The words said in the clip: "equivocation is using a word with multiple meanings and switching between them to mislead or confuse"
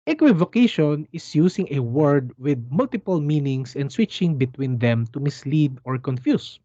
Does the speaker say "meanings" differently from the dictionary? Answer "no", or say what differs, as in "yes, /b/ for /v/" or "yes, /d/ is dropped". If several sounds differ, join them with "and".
yes, /s/ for /z/